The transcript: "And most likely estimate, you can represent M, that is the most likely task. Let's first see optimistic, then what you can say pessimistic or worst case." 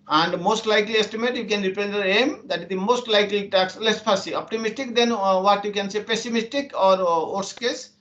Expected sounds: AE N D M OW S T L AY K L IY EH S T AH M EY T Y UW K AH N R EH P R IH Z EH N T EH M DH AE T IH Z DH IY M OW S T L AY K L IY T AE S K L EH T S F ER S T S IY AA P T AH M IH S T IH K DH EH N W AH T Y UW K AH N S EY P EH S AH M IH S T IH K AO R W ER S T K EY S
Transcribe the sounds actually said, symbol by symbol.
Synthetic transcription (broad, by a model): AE N D M OW S T L AY K L IY EH S T AH M EY T Y UW K AH N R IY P IH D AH T EH M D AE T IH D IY M OW S T L AY K L IY T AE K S L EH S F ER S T S IY AA P T AH M IH S T IH K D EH N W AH T Y UW K AH N S EY P EH S AH M IH S T IH K AO R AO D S K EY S